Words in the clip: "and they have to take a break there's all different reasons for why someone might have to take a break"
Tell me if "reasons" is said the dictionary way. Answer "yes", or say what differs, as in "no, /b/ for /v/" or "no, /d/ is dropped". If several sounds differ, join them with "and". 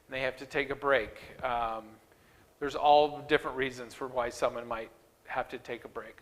yes